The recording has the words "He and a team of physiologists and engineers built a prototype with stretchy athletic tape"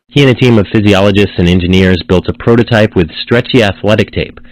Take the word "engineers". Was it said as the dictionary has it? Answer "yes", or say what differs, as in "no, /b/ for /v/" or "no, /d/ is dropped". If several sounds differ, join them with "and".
yes